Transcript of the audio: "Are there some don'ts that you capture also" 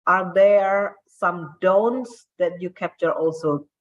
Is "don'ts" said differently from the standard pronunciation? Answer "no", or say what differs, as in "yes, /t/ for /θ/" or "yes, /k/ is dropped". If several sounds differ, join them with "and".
no